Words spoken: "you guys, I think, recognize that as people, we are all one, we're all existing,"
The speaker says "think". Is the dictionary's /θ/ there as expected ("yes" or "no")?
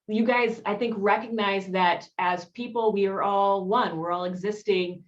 yes